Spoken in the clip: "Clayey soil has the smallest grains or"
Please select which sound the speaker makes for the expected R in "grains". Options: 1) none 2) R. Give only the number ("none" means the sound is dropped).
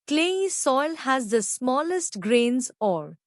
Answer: 2